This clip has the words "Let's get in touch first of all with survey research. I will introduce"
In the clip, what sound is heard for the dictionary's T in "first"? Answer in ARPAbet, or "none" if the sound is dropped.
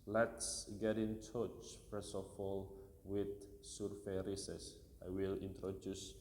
none